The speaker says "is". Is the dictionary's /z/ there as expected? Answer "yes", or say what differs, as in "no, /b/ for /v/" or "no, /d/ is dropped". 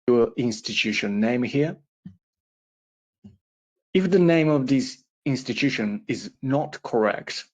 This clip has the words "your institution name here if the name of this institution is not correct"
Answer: yes